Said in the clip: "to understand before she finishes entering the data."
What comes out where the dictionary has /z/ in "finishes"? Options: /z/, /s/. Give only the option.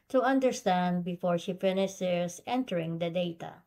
/s/